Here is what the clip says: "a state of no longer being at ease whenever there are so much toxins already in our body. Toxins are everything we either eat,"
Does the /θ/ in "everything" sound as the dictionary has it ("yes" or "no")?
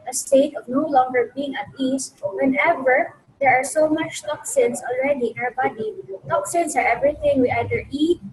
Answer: no